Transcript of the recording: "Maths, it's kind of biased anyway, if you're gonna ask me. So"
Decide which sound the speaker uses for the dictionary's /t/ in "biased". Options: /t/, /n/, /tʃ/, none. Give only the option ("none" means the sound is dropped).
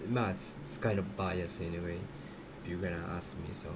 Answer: none